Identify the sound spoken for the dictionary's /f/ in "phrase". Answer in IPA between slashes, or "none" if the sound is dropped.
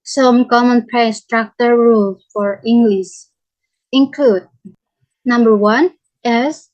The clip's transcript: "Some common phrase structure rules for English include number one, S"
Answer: /p/